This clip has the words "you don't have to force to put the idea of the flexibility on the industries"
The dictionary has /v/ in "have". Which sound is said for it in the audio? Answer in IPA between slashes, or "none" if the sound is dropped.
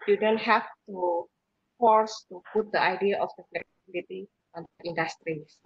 /f/